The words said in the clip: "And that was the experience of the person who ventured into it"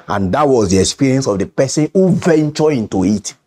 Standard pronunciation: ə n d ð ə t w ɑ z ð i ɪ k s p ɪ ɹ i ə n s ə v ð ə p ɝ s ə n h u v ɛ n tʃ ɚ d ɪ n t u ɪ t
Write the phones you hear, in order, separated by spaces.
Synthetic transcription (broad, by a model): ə n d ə t w ɑ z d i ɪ k s p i ɹ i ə n s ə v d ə p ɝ s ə n h u v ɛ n tʃ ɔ ɪ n t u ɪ t